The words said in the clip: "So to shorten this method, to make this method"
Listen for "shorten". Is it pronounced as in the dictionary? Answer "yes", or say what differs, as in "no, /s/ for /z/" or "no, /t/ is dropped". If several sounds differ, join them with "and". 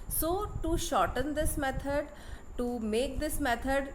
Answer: yes